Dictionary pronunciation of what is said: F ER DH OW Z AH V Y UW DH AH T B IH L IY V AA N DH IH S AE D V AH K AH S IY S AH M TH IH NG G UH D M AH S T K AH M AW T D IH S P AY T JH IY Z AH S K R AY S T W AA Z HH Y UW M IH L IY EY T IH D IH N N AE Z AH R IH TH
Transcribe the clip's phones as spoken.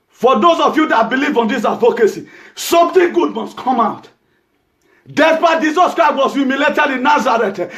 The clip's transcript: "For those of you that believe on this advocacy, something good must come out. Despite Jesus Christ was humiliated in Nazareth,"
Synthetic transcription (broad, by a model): F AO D OW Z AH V Y UW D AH T B IH L IY V AA N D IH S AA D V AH K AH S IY S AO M T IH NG G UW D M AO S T K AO M AW T D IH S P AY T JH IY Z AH S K R AY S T W AA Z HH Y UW M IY L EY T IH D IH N N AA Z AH R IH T